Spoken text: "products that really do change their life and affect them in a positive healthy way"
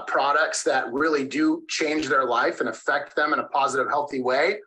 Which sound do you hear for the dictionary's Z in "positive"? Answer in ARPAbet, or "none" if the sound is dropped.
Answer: Z